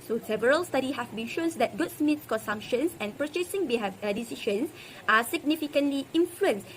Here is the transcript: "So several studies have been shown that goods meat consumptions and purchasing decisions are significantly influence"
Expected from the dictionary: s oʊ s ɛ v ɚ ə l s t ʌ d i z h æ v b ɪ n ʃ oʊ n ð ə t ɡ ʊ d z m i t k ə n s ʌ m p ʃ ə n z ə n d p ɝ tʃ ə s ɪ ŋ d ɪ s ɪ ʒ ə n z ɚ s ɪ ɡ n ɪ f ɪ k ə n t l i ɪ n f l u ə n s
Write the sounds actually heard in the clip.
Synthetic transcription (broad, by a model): s oʊ s ɛ v ɚ ə l s t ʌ d i h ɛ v b ɪ n ʃ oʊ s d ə t ɡ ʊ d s m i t k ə n s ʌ m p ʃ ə n s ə n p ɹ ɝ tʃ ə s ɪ ŋ d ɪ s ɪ ʃ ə n s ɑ s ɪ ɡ n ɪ f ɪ k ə n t l i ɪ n f l u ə n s